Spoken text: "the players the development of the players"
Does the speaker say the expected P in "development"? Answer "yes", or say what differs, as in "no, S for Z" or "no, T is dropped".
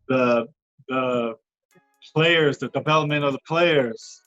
no, P is dropped